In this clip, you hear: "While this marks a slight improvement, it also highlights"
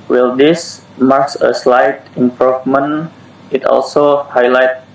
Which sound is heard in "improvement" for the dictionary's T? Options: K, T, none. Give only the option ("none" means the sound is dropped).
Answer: none